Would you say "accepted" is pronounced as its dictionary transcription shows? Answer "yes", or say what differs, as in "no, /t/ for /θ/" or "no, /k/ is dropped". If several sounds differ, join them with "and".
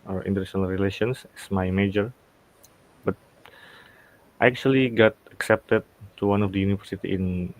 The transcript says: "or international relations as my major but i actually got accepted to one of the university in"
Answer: yes